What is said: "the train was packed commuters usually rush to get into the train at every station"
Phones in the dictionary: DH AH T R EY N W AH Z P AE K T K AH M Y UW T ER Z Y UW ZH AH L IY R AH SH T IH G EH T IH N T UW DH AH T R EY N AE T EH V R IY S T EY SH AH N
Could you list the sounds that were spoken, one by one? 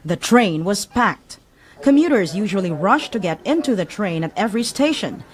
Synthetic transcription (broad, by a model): DH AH T R EY N W AH Z P AE K T K AH M Y UW T ER Z Y UW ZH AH L IY R AH SH T IH G EH T IH N T UW DH AH T R EY N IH T EH V R IY S T EY SH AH N